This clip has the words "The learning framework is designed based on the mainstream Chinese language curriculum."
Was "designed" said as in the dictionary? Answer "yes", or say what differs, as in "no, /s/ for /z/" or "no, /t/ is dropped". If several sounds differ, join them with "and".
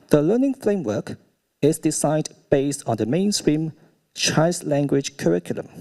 no, /s/ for /z/